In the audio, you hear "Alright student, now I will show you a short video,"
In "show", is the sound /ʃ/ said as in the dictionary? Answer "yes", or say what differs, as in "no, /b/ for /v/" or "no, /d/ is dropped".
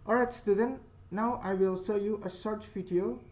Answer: no, /s/ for /ʃ/